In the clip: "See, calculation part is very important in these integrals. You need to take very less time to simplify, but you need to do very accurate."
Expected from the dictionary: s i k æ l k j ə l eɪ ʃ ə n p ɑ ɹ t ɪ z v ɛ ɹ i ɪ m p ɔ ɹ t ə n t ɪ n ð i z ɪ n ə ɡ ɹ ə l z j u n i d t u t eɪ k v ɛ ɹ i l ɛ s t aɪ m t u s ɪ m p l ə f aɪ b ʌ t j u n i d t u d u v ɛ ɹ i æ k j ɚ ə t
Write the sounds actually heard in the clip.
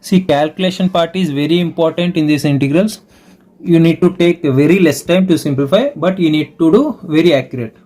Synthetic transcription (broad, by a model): s i k æ l k j ə l eɪ ʃ ə n p ɑ ɹ t ɪ z v ɛ ɹ i ɪ m p ɔ ɹ t ə n t ɪ n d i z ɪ n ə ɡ ɹ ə l s j u n i d t u t eɪ k v ɛ ɹ i l ɛ s t aɪ m t u s ɪ m p l ə f aɪ b ʌ t j u n i d t u d u v ɛ ɹ i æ k j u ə t